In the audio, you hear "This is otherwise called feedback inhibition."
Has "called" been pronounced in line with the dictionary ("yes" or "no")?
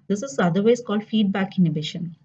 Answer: yes